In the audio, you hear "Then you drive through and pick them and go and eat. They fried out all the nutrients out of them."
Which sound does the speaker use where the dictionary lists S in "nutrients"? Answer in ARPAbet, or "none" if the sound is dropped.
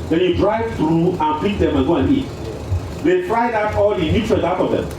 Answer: none